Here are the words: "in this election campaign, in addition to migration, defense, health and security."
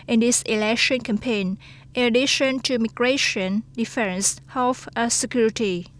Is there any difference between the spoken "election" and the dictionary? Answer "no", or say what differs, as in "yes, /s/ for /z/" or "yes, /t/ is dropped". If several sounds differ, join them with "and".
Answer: no